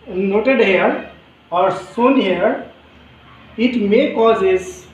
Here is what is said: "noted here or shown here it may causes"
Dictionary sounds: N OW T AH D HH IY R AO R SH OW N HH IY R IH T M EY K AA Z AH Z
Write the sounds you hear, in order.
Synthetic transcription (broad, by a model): N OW T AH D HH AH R AO R S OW N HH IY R IH T M EY K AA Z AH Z